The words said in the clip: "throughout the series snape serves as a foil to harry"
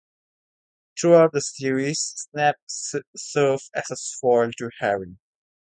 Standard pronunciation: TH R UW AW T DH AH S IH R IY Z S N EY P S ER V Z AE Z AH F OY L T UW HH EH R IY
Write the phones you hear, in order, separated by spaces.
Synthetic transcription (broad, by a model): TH R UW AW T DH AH S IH R IY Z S N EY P S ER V AE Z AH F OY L T UW HH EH R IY